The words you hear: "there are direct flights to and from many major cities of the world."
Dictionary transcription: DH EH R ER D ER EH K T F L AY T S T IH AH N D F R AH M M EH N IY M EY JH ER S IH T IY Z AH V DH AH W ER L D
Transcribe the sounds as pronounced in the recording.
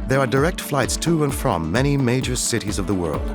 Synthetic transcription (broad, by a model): DH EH R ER D ER EH K T F L AY T S T IH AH N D F R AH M M EH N IY M EY JH ER S IH T IY Z AH V DH AH W ER L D